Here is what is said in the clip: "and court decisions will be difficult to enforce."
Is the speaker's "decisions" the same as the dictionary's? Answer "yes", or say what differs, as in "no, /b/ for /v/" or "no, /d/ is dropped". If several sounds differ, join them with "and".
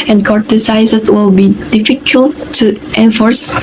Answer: no, /s/ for /ʒ/